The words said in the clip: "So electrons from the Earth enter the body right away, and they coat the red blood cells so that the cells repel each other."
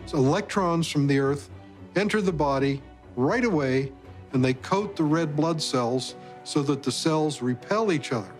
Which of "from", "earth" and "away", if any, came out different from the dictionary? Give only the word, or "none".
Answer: none